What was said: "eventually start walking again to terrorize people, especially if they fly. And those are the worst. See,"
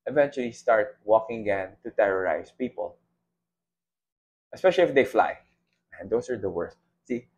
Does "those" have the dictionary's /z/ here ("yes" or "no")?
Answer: no